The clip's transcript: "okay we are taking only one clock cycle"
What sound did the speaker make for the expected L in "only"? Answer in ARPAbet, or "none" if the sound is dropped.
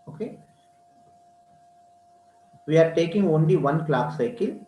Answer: L